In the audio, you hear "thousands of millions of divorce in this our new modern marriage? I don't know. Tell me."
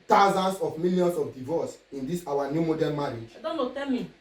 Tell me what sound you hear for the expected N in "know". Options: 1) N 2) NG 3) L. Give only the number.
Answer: 3